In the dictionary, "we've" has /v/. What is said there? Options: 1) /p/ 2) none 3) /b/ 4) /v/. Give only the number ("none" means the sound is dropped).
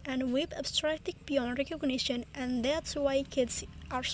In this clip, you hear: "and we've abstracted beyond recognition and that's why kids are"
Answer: 1